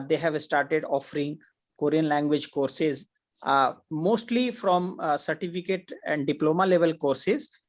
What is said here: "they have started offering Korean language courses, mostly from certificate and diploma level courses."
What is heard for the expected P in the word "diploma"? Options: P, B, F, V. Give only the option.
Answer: P